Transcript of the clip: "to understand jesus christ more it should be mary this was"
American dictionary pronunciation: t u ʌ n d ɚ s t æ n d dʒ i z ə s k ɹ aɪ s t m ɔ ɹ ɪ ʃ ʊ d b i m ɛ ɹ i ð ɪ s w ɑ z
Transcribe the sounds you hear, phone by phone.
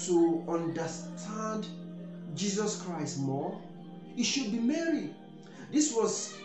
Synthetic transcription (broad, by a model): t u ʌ n d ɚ s t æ n d dʒ i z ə s k ɹ aɪ s t m ɔ ɪ ʃ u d b i m ɛ ɹ i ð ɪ s w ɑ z